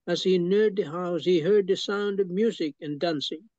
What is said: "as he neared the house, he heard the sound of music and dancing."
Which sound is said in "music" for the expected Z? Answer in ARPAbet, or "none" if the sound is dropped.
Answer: Z